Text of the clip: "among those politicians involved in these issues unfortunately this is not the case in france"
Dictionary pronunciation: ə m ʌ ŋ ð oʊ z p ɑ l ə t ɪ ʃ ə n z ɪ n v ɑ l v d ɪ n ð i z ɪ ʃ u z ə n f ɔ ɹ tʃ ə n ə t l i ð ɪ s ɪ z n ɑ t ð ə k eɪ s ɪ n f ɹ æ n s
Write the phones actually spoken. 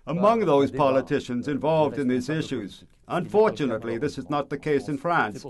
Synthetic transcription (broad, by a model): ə m ʌ ŋ ð oʊ z p ɑ l ə t ɪ ʃ ə n z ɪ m v ɑ l v d ɪ n ð i z ɪ ʃ u z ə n f ɔ ɹ tʃ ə n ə t l i ð ɪ s ɪ z n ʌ t ð ə k eɪ s ɪ n f ɹ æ n s